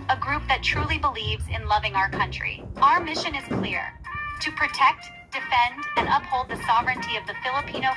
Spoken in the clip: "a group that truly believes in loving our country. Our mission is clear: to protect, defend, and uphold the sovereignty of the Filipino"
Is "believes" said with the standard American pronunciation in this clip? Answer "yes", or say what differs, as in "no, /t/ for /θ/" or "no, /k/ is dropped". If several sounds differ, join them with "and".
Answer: yes